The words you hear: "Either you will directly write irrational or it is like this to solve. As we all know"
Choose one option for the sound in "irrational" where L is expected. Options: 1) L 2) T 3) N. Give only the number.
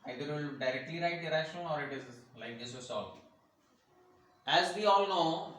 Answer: 3